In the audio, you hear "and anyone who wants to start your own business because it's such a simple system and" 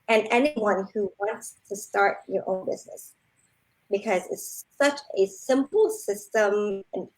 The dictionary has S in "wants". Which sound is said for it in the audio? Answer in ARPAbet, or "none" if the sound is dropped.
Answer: S